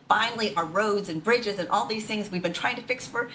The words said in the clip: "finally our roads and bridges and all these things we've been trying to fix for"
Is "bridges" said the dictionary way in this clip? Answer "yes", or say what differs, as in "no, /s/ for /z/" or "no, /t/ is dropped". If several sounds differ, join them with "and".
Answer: yes